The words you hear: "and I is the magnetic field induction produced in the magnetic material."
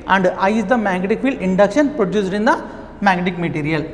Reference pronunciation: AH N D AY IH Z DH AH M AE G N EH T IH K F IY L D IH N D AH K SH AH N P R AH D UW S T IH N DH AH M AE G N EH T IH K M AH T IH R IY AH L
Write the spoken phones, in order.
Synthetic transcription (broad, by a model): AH N D AY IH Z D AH M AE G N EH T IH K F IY L IH N D AH K SH AH N P R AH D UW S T IH N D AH M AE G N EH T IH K M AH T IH R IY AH L